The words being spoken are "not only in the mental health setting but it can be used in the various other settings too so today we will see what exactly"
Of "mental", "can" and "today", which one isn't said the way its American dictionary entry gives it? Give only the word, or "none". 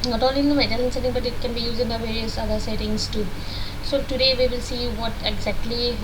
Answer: mental